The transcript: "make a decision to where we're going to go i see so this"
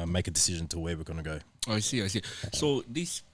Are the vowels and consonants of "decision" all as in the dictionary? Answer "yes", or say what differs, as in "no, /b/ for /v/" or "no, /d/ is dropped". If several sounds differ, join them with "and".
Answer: yes